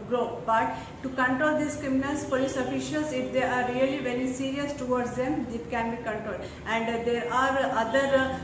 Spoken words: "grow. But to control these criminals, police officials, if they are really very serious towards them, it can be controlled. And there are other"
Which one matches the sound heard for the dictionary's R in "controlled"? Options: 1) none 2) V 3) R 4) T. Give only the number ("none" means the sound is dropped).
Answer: 3